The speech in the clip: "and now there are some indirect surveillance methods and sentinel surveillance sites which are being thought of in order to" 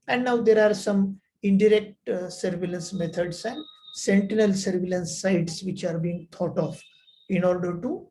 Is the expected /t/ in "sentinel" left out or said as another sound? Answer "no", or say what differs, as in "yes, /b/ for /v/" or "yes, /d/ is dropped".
no